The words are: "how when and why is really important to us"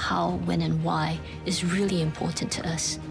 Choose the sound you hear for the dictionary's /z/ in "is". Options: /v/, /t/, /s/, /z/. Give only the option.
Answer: /z/